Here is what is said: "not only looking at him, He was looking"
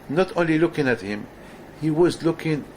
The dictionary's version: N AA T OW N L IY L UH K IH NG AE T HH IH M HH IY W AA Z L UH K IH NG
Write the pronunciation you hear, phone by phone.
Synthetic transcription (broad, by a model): N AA T OW N L IY L UH K IH NG AE T HH IH M HH IY W AA Z L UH K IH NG